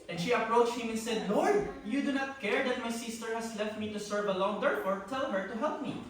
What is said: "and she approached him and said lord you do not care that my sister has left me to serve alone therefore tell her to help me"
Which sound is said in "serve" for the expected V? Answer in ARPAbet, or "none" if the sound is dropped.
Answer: V